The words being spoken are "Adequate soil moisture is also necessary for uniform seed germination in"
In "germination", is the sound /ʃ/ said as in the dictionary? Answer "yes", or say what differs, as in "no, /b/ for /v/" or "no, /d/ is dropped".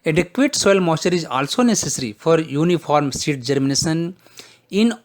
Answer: no, /s/ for /ʃ/